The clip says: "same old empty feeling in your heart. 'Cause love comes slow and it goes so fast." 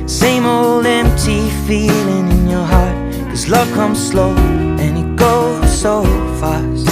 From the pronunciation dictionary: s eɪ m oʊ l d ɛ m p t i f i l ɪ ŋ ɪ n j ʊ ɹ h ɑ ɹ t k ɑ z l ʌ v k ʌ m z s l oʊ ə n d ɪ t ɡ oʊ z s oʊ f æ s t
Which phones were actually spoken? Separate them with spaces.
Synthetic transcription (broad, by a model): s eɪ m oʊ l d ɛ m p t i f i l ɪ ŋ ɪ n j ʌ ɹ h ɑ ɹ t k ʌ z l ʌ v k ʌ m z s l oʊ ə n ɪ t ɡ oʊ z s oʊ f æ s t